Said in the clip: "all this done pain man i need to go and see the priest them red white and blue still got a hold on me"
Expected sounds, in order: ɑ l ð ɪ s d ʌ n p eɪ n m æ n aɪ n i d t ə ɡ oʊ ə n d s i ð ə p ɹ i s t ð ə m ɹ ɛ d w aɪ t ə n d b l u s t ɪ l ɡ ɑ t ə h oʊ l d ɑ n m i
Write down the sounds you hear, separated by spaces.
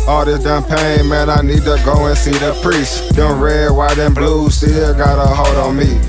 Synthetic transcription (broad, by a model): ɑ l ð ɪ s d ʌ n p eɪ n m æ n aɪ n i d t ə ɡ oʊ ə n s i ð ə p ɹ i s t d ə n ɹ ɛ w aɪ t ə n b l u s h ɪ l ɡ ɑ t ə h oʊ d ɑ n m i